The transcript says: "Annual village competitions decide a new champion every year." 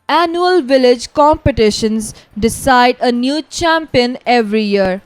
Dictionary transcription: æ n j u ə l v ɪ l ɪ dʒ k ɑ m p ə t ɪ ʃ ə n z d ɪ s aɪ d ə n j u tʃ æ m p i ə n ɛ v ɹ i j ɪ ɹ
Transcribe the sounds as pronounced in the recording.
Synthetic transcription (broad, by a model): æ n j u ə l v ɪ l ɪ dʒ k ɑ m p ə t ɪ ʃ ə n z d ɪ s aɪ d ə n j u tʃ æ m p i ə n ɛ v ɹ i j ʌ ɹ